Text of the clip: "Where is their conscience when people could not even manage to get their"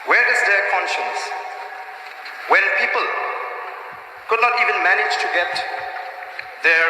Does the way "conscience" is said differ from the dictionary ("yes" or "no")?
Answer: no